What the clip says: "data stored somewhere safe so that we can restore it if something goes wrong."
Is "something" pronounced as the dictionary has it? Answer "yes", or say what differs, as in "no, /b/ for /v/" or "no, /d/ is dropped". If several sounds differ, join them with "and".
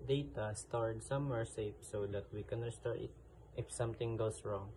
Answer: no, /t/ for /θ/